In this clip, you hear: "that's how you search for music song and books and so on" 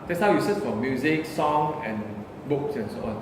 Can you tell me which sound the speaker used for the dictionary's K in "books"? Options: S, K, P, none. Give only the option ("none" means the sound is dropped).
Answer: K